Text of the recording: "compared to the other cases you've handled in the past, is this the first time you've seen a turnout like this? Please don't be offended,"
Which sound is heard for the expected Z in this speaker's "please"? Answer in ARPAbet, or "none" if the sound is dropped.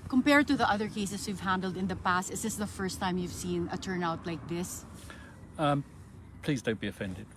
Z